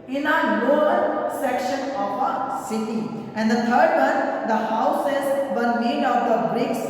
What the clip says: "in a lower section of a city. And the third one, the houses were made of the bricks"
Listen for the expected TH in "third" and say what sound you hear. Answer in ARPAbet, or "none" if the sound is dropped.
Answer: T